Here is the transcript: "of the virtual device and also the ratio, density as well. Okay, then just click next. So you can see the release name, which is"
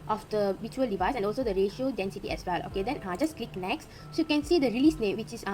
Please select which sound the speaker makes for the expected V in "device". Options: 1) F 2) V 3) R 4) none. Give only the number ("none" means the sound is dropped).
2